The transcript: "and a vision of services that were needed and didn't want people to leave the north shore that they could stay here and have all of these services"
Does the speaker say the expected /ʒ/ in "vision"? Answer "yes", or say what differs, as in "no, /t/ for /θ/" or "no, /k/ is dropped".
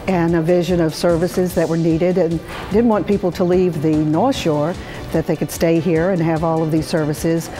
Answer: yes